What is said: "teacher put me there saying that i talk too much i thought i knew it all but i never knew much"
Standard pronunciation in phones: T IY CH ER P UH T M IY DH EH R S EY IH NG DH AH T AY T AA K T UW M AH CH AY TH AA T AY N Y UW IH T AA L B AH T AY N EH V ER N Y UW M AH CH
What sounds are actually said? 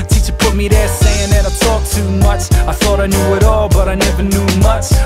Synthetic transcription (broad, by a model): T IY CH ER P UH T M IY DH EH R S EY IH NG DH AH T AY T AA K T UW M AH CH AY TH AA T AY N Y UW IH T AA L B AH T AY N EH V ER N Y UW M AH CH